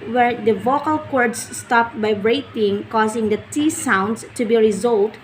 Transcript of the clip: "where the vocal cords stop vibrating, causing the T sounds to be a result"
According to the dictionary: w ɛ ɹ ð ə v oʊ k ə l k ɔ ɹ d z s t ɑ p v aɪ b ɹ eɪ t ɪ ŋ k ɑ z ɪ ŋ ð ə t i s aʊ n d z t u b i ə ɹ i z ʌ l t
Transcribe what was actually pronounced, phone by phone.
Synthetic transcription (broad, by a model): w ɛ ɹ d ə v oʊ k ə l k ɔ ɹ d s s t ɑ p b aɪ ɹ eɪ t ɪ ŋ k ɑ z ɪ ŋ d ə t i s aʊ n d s t u b i ɹ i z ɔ l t